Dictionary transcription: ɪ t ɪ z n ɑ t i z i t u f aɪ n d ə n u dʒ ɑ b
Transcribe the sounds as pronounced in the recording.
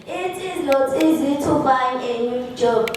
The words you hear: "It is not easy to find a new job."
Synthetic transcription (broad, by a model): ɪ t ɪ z l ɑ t i z i t u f aɪ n ə n u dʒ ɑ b